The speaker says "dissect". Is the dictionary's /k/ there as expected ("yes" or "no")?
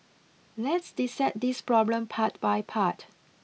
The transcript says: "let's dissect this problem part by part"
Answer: no